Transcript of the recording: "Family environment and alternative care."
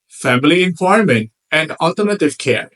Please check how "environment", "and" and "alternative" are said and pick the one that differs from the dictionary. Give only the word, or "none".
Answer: environment